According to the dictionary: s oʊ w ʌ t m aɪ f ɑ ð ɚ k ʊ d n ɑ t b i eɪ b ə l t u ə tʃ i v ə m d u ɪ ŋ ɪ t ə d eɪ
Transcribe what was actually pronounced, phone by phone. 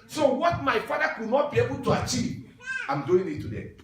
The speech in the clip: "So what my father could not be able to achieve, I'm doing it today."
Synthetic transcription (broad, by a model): s oʊ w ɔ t m aɪ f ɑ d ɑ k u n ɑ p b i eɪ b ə t u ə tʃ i ə m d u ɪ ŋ ɪ t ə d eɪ